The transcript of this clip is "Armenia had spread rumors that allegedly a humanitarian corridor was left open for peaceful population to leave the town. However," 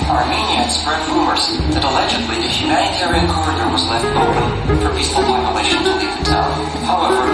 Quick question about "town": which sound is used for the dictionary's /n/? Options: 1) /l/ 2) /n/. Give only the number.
1